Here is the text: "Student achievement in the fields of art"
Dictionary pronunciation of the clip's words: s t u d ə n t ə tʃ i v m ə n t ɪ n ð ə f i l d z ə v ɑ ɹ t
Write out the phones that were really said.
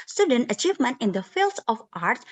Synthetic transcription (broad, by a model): s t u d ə n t ə tʃ i v m ə n t ɪ n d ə f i l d s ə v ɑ ɹ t